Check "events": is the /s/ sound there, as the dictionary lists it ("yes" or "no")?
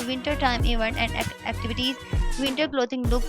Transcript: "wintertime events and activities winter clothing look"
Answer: no